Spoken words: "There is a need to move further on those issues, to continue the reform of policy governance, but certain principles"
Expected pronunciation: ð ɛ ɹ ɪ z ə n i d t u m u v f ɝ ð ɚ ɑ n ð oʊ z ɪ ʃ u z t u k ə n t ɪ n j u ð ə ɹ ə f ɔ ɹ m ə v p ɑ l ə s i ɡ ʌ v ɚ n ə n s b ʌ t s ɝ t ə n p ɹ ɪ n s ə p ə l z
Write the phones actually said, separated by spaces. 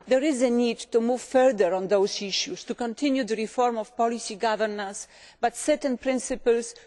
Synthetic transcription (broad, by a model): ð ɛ ɹ ɪ z ə n i d t u m u v f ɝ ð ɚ ɑ n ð oʊ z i ʃ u s t u k ə n t ɪ n j u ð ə ɹ ə f ɔ ɹ m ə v p ɑ l ə s i ɡ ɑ v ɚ n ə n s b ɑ t s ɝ t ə n p ɹ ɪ n s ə p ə l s